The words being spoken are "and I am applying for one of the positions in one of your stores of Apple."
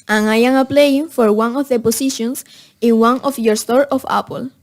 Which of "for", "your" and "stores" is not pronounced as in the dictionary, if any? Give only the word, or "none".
stores